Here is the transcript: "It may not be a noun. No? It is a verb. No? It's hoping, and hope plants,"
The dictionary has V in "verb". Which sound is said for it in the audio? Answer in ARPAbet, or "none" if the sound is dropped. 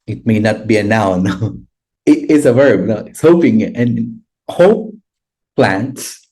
V